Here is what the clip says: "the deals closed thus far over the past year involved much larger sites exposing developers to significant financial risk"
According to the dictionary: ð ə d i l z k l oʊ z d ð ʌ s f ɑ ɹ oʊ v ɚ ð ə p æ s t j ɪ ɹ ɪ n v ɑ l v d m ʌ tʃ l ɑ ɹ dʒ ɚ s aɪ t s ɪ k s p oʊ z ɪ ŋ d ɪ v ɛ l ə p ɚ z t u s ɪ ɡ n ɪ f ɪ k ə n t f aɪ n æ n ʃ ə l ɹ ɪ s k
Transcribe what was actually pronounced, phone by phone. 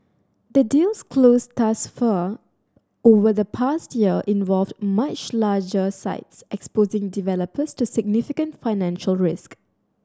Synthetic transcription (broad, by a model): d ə d i l s k l oʊ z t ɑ s f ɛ oʊ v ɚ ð ə p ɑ s t j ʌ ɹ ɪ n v ɑ l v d m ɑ tʃ l ɑ dʒ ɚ s aɪ t s ɪ k s p oʊ z ɪ ŋ d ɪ v ɛ l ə p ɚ s t u s ɪ ɡ n ɪ f ɪ k ə n t f aɪ n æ n ʃ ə l ɹ ɪ s k